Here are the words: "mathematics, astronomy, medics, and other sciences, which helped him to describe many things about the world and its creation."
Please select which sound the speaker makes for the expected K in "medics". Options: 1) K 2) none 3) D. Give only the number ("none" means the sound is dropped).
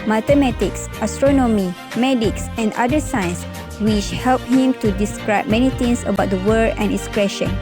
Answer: 1